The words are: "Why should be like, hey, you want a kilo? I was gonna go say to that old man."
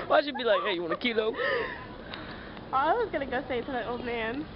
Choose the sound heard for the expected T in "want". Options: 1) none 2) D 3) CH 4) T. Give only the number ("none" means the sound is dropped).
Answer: 1